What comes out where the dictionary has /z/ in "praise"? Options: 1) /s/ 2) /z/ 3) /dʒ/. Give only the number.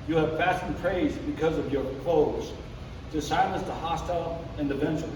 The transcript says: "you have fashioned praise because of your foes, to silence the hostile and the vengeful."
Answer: 2